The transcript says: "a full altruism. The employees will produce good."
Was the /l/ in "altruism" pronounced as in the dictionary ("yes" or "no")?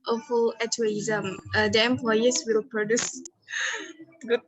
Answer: no